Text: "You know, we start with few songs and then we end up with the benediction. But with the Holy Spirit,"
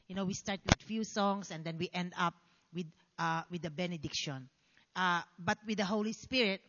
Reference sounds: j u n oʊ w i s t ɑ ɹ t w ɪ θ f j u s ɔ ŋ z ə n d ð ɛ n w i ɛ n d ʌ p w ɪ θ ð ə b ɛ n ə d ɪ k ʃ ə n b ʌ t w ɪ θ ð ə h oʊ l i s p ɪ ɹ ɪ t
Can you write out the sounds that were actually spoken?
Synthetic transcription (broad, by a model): j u n oʊ w i s t ɑ ɹ t w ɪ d f j u s ɔ ŋ s ə n d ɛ n w i ɛ n d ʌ p w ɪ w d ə b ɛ n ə d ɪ k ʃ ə n b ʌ t w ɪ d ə h oʊ l i s p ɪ ɹ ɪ t